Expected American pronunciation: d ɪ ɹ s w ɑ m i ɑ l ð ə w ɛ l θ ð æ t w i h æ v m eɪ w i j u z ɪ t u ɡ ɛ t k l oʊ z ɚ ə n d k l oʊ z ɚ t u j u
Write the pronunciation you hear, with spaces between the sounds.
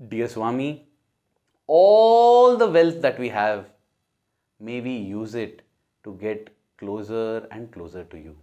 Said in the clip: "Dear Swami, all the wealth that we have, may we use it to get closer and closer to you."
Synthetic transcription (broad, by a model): d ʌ ɹ s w ɑ m i ɑ l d ə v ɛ l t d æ t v i h æ v m eɪ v i j u z ɪ t u ɡ ɛ t k l oʊ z ɚ ə n d k l oʊ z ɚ t u j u